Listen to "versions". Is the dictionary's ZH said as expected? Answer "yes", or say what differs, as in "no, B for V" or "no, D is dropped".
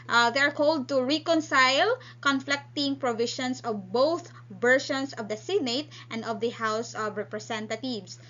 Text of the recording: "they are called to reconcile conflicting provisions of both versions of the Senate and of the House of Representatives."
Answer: no, SH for ZH